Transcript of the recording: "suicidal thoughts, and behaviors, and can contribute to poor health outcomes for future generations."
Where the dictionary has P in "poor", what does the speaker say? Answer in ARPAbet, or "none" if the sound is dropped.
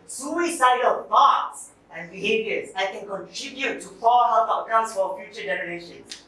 F